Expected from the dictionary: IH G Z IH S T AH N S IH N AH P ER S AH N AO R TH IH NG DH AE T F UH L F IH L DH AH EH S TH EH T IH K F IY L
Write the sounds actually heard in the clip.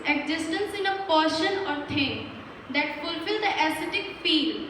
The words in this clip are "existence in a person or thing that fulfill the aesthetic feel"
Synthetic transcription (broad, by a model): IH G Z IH S T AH N S IH N AH P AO SH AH N AO R T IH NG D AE T F UH L F IH L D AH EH S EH T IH K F IY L